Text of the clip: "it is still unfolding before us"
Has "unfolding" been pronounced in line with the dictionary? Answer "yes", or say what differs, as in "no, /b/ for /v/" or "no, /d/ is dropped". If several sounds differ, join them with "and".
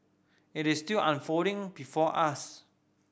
no, /l/ is dropped